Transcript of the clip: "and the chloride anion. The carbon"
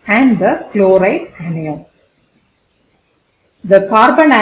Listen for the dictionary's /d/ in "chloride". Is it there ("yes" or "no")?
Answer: no